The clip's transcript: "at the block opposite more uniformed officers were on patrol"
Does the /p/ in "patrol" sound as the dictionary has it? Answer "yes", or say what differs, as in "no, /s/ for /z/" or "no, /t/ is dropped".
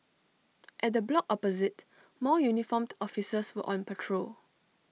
yes